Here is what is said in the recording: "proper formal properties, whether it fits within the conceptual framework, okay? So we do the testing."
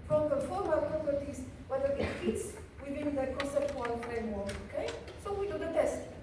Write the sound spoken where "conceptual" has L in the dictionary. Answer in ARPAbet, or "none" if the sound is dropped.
N